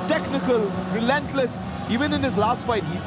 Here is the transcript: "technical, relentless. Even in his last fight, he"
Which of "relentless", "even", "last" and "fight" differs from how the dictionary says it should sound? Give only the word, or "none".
none